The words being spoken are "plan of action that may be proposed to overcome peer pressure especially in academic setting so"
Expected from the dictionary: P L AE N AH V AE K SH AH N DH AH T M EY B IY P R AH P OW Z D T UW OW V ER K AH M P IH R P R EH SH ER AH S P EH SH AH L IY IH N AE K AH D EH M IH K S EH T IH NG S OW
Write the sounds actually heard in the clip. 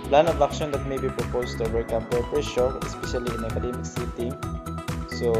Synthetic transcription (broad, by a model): P L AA N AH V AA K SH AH N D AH T M EY B IY P R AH P OW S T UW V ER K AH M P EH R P EH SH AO AH S P EH SH AH L IY IH N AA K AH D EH M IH K S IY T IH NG S OW